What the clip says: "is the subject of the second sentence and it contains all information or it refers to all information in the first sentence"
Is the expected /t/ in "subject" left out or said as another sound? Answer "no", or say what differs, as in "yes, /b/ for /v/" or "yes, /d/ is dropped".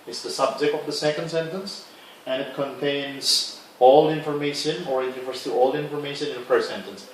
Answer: no